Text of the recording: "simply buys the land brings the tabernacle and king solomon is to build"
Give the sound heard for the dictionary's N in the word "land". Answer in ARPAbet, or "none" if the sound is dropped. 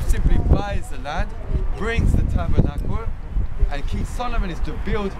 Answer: none